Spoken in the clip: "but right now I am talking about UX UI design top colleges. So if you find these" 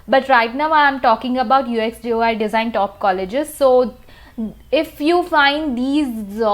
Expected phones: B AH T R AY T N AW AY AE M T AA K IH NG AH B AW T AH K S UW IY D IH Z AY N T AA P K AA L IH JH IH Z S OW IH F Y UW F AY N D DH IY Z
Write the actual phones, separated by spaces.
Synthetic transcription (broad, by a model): B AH T R AY T N AW AY M T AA K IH NG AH B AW T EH K S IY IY D IH Z AY N T AA P K AA L IH JH IH Z S OW IH F Y UW F AY N D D IY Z